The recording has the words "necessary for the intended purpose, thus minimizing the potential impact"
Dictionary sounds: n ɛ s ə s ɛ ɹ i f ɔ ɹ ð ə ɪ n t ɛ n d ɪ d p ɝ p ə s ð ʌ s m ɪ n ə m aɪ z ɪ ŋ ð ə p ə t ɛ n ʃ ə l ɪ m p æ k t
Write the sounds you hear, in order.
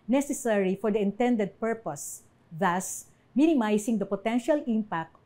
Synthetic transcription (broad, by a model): n ɛ s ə s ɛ ɹ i f ɔ ɹ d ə ɪ n t ɛ n d ɪ d p ɝ p ə s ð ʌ s m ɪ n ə m aɪ s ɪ ŋ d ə p ə t ɛ n ʃ ə l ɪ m p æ k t